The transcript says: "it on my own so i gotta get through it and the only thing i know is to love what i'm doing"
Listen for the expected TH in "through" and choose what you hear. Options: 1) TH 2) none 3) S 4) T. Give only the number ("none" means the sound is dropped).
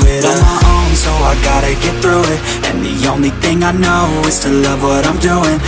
1